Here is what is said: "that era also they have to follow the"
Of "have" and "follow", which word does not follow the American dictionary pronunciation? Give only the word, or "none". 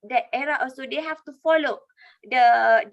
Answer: have